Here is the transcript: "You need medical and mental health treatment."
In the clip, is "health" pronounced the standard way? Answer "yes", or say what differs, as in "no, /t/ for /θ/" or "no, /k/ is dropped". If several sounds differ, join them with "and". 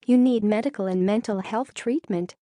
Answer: yes